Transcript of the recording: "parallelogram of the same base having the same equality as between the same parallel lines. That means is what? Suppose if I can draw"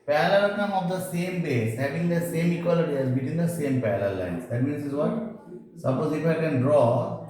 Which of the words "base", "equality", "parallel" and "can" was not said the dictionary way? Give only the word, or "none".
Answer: parallel